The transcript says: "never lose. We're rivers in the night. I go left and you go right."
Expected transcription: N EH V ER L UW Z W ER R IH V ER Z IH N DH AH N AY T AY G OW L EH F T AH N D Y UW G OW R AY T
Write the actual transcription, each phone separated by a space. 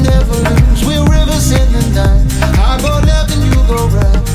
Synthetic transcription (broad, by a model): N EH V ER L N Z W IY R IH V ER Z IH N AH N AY AY G OW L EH T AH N Y UW G OW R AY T